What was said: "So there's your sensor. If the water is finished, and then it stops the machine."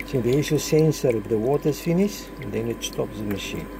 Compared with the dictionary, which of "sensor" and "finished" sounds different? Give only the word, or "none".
finished